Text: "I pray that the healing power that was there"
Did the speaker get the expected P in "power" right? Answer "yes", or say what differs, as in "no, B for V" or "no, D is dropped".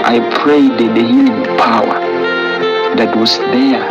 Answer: yes